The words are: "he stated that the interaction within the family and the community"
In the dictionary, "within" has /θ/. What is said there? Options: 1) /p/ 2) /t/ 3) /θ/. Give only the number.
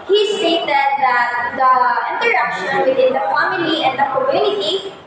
2